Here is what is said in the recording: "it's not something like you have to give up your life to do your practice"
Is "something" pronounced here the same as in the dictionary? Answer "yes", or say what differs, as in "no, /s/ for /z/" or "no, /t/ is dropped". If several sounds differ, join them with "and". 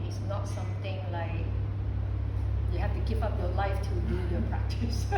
no, /t/ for /θ/